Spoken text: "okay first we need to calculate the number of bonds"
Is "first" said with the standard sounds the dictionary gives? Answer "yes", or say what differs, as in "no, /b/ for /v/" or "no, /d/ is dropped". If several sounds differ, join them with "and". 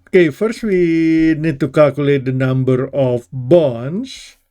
yes